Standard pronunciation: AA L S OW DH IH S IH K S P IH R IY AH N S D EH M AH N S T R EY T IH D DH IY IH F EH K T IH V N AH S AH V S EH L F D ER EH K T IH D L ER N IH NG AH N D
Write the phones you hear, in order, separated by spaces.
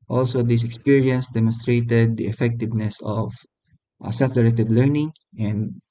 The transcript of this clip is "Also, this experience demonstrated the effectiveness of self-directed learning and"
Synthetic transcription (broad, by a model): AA L S OW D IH S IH K S P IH R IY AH N S D EH M AH N S T R EY T IH D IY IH F EH K T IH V N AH S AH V S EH F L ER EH T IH D L ER N IH NG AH N D